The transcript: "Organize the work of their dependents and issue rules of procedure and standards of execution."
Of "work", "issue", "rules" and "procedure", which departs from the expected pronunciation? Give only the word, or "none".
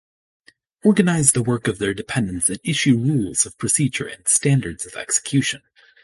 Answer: none